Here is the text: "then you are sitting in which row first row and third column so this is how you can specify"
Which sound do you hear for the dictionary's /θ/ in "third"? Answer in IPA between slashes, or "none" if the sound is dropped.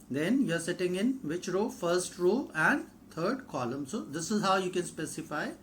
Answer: /t/